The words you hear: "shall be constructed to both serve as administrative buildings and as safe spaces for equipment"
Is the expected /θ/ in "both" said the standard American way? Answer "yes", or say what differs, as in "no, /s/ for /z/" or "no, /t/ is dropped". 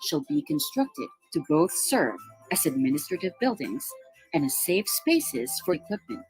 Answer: yes